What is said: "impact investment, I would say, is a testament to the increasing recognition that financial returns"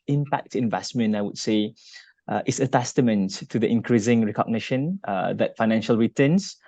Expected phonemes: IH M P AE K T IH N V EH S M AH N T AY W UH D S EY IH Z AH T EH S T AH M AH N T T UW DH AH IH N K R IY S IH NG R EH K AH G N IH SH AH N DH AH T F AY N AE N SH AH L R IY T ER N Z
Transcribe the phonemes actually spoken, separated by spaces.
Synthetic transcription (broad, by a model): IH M P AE K T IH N V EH S M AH N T AY W UH D S EY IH S AH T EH S T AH M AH N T T UW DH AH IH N K R IY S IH NG R EH K AH G N IH SH AH N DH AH T F AY N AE N SH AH L R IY T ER N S